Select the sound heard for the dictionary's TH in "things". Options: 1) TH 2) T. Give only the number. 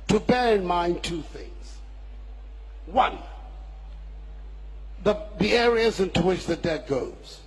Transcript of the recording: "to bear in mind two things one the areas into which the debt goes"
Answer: 1